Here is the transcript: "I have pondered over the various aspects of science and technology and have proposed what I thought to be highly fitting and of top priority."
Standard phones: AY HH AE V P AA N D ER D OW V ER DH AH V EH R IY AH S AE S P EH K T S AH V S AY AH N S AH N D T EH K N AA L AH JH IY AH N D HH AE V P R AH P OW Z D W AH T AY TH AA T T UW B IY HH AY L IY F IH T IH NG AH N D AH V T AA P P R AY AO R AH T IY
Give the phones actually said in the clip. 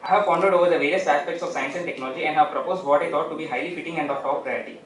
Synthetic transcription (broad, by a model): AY HH AE V F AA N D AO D OW V ER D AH V EH R IY AH S AE S P EH K T S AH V S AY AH N S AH N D T EH K N AA L AH JH IY AH N D HH AE V P R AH P OW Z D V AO T AY T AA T T UW B IY HH AY L IY F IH T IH NG AH N D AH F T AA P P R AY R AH T IY